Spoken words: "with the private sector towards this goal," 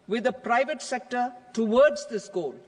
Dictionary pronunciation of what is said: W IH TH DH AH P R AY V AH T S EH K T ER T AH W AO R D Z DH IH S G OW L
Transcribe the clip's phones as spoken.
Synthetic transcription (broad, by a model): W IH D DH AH P R AY V AH T S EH K T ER T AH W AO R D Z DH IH S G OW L